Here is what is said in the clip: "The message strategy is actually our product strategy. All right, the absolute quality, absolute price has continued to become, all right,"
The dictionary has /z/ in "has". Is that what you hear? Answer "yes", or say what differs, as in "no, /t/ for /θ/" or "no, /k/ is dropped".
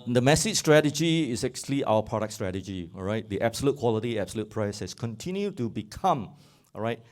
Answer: no, /s/ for /z/